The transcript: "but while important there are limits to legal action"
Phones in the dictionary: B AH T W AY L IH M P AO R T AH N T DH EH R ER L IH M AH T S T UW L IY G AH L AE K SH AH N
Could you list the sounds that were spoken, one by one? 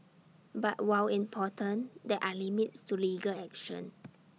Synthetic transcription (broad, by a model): B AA T W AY W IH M P AO T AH N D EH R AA L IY M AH T S T UW L IY G AH L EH K SH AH N